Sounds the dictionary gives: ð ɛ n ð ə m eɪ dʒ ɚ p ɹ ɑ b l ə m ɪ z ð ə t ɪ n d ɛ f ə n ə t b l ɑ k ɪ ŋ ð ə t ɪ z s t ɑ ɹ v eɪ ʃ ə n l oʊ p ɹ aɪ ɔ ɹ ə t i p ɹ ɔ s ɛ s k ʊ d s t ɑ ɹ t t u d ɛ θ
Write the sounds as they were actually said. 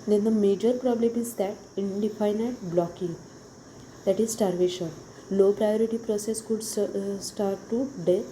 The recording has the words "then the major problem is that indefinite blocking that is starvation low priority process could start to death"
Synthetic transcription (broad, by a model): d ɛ n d ə m eɪ dʒ ɚ p ɹ ɑ b l ə m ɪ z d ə t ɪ n d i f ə n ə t b l ɑ k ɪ ŋ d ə t ɪ z s t ɑ ɹ v eɪ ʃ ə n l oʊ p ɹ aɪ ɔ ɹ ə t i p ɹ ɔ s ɛ s k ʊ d s t ɑ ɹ t t u d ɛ